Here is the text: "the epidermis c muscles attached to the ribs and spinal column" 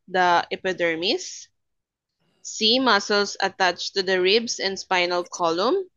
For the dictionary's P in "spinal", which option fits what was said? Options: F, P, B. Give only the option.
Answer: P